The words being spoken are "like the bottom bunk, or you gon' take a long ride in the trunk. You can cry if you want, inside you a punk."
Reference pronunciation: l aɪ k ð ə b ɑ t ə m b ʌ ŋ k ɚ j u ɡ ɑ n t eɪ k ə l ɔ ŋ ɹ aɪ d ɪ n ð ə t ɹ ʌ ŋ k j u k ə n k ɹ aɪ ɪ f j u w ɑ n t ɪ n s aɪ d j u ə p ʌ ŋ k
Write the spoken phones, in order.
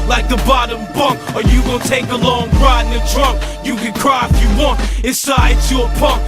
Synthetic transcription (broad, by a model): l aɪ k ð ə b ɑ t ə m b ʌ ŋ k ɚ j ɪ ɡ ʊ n t eɪ k ə l ɔ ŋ ɹ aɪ ɪ n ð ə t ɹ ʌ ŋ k j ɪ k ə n k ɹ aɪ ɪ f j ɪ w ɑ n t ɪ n s aɪ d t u ə p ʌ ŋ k